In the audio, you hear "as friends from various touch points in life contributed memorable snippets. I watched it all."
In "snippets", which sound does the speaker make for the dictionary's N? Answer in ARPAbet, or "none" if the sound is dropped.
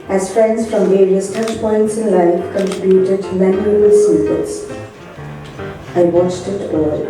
none